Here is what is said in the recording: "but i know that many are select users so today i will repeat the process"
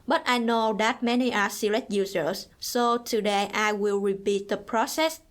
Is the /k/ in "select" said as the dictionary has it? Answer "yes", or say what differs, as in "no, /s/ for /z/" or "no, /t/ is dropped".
no, /k/ is dropped